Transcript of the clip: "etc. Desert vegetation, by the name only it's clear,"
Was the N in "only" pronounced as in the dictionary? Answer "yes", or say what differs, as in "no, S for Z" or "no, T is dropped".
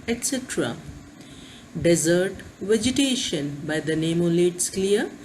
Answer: no, N is dropped